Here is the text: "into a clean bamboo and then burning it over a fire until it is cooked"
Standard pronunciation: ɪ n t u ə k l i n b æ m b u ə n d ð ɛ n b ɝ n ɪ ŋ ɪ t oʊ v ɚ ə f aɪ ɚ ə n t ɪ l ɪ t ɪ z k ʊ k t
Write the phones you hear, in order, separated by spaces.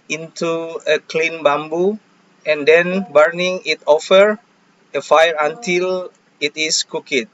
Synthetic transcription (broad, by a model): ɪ n t u ə k l i n b æ m b u ə n d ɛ n b ɝ n ɪ ŋ ɪ t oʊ f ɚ ə f aɪ ɚ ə n t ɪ l ɪ t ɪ s k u k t